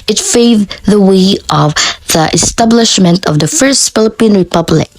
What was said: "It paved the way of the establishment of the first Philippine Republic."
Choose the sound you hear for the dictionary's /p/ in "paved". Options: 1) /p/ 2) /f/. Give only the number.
2